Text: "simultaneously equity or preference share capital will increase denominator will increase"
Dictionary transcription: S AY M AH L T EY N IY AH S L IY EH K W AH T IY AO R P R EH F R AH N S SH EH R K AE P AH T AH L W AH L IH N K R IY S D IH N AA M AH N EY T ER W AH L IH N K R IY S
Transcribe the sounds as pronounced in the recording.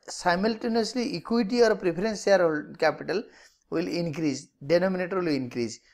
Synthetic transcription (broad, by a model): S AY M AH L T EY N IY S L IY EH K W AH T IY AO R P R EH P R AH N S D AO L K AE P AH T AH L W AH L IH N K R IY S D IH N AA M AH N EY T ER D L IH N K R IY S